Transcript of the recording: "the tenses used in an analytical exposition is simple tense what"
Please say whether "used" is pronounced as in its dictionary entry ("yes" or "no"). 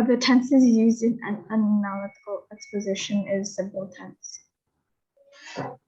yes